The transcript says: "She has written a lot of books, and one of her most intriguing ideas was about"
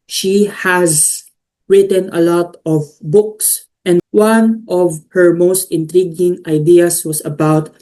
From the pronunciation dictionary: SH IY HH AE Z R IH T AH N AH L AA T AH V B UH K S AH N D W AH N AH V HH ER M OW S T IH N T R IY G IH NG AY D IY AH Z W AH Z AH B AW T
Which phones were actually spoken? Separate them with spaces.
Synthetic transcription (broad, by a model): SH IY HH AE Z R IH T AH N AH L AA T AH V B UH K S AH N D W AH N AH V HH ER M OW S T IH N T R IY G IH NG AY D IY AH S W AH S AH B AW T